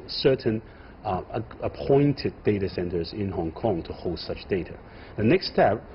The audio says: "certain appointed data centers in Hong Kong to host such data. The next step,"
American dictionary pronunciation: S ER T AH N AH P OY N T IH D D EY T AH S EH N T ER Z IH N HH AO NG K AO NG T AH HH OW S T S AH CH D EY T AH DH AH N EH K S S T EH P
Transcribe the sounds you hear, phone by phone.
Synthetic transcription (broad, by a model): S ER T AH N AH P OY N T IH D D EY T AH S EH N T ER Z IH N HH AO NG K AO NG T AH HH OW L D S AH CH D EY T AH DH AH N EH K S S T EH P